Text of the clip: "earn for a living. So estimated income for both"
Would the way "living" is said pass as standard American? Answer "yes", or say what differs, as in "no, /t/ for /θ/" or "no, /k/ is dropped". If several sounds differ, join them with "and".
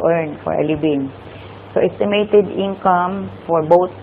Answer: no, /b/ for /v/